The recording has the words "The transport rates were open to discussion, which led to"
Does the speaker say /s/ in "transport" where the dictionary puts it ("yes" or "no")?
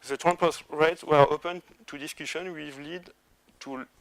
no